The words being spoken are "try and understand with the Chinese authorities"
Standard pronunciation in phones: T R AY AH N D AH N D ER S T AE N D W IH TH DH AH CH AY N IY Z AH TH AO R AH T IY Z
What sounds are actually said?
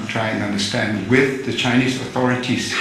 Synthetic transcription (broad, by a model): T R AY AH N AH N D ER S T AE N D W IH DH AH CH AY N IY Z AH TH AO R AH T IY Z